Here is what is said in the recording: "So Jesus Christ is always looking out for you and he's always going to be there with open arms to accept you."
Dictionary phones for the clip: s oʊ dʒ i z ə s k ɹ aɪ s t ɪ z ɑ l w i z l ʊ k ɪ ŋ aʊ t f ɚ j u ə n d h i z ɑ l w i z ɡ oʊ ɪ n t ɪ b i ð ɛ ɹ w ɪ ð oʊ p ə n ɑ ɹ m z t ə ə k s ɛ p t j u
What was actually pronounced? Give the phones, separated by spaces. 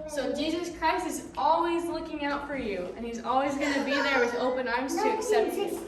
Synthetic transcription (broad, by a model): s oʊ dʒ i z ə s k ɹ aɪ s t ɪ z ɑ l w i z l ʊ k ɪ ŋ aʊ t f ɚ j u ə n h i z ɑ l w i z ɡ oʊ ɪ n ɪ b i ð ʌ ɹ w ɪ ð oʊ p ə n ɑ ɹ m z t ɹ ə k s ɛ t